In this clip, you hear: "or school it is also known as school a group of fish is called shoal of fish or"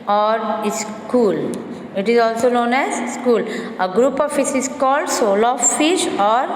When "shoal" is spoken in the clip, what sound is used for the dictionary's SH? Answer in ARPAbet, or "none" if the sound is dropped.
S